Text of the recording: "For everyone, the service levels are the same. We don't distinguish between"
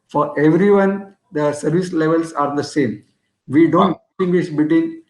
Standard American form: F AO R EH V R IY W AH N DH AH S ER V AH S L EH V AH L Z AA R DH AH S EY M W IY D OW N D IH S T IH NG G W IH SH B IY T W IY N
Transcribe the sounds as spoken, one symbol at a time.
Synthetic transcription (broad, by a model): F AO R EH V R IY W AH N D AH S ER V AH S L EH V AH L S AA R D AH S EY M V IY D OW N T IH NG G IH S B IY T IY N